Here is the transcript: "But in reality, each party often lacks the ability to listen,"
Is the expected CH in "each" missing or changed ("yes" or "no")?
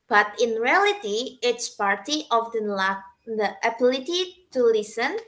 yes